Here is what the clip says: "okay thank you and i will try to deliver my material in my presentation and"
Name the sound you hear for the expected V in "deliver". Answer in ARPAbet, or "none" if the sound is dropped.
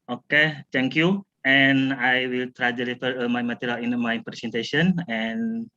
F